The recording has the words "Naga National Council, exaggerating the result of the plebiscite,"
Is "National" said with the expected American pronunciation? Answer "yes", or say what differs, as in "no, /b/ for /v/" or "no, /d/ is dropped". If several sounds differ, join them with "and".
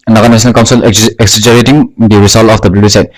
no, /s/ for /ʃ/